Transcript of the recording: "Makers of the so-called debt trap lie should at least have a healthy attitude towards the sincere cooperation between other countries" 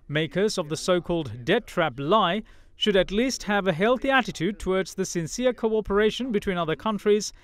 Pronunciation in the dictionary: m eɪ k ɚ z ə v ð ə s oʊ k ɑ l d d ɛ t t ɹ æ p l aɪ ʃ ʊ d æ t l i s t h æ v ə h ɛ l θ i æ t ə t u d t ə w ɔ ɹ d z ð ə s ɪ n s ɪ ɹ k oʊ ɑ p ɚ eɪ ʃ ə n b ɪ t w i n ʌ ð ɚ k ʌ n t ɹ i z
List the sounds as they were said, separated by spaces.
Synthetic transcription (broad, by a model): m eɪ k ɚ z ə v ð ə s oʊ k ɑ l d d ɛ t t ɹ æ p l aɪ ʃ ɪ d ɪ t l i s t h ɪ v ə h ɛ l θ i æ t ə t u d t ə w ɔ ɹ d z ð ə s ɪ n s ɪ ɹ k oʊ ɑ p ɚ eɪ ʃ ə n b ɪ t w i n ʌ ð ɚ k ʌ n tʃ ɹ i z